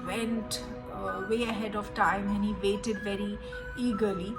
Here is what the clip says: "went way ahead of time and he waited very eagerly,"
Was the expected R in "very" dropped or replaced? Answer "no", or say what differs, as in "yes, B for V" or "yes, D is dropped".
no